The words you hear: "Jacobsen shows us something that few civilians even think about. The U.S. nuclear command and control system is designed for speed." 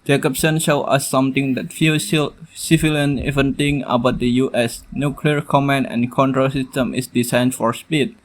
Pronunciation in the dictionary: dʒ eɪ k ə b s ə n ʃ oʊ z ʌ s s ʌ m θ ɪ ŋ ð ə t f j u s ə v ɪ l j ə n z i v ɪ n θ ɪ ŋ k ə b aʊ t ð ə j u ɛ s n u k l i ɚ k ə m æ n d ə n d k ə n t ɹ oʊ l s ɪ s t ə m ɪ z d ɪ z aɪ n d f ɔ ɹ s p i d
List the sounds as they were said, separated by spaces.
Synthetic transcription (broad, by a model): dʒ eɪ k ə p s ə n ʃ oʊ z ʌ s s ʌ m t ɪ ŋ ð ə t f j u s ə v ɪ l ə n i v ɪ n t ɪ ŋ ə b aʊ t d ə j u ɛ s n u k l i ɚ k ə m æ n ə n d k ə n t ɹ oʊ l s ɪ s t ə m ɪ s d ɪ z aɪ n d f ɔ ɹ s p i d